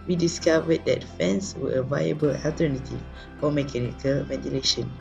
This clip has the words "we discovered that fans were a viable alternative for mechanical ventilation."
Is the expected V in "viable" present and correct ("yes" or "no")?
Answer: yes